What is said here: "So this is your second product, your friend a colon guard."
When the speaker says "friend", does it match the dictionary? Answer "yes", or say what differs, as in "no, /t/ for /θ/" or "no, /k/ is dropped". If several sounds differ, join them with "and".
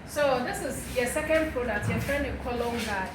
no, /d/ is dropped